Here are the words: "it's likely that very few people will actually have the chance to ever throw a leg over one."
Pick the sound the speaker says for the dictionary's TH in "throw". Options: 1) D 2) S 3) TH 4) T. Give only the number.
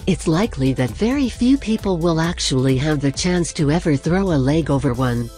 3